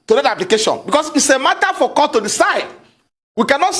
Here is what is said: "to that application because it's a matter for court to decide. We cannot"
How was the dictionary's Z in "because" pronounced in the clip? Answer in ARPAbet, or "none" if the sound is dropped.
S